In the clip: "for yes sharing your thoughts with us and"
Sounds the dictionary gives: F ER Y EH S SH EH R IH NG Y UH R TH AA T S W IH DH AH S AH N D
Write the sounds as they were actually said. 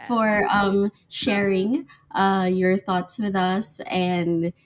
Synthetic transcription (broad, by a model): F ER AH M SH EH R IH NG Y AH R TH AA T S W IH DH AH S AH N